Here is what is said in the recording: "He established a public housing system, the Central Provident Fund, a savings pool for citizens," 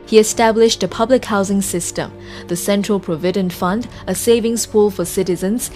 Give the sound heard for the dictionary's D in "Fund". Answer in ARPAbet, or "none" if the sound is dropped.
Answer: D